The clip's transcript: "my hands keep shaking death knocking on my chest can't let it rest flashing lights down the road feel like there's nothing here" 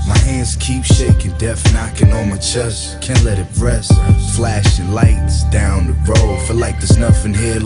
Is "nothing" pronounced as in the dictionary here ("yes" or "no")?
no